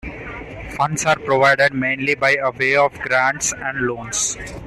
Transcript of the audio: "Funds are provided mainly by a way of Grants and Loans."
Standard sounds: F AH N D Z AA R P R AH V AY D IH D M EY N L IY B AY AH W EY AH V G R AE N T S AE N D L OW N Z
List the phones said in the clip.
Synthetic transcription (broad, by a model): F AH N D S AA R P R AH V AY D IH D M EY N L IY B AY AH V EY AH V G R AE N T S AE N D L OW N S